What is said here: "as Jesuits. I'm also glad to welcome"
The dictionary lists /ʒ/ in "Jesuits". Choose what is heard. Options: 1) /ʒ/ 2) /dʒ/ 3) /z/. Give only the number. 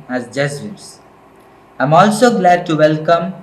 3